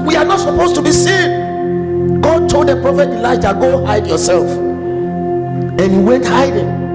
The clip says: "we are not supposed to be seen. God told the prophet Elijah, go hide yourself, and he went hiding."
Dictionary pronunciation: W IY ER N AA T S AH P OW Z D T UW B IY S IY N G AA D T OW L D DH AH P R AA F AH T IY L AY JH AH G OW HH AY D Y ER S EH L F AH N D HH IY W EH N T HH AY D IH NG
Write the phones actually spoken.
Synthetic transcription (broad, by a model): W IY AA N AA T S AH P OW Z T UW B IY S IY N G AA D T OW L D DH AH P R AA F AH T IY L AY JH AH G OW HH AY D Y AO S EH L F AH N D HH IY W EH N T HH AY D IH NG